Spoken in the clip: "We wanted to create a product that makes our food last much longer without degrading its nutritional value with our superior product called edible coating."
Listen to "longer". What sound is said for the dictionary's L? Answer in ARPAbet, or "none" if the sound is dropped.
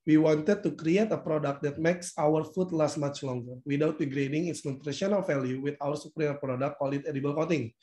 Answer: L